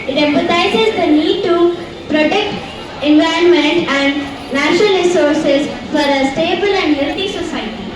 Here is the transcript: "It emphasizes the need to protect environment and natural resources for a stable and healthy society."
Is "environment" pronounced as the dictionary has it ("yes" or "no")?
no